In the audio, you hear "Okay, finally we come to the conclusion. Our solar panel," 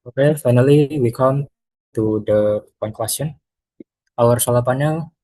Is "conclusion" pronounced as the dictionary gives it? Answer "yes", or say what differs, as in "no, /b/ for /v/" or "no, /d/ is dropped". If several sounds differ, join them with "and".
no, /s/ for /ʒ/